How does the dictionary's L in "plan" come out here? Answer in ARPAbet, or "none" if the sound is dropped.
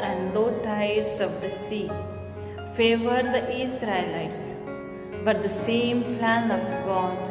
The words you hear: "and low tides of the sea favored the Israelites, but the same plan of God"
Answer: L